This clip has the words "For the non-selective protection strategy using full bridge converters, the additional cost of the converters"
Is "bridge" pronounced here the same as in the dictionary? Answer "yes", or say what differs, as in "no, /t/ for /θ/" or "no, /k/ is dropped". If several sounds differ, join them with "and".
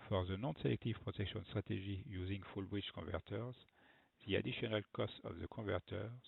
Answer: no, /tʃ/ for /dʒ/